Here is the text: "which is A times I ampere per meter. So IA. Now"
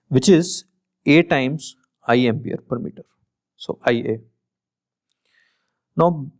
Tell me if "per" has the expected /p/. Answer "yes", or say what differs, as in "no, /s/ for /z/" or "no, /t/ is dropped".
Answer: yes